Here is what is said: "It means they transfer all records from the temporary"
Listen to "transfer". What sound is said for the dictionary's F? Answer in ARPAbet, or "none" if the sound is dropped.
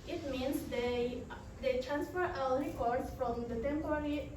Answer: F